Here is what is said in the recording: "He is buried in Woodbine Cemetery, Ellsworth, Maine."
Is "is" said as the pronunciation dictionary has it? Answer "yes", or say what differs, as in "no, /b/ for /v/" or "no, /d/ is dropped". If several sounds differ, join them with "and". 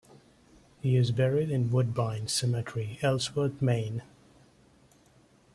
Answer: yes